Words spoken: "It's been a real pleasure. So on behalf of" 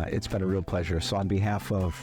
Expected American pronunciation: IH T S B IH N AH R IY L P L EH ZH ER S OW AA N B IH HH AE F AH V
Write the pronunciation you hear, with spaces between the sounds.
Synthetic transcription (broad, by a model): IH T S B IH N AH R IY L P L EH ZH ER S OW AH N B IH HH AE F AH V